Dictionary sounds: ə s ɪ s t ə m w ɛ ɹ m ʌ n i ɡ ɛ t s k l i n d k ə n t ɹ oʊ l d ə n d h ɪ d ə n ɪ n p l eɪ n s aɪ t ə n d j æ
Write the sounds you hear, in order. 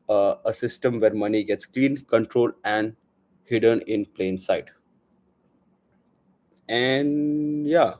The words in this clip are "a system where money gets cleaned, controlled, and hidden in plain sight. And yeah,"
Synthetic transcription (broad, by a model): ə s ɪ s t ə m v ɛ ɹ m ʌ n i ɡ ɛ t s k l i n k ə n t ɹ oʊ l ə n d h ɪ d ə n ɪ n p l eɪ n s aɪ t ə n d j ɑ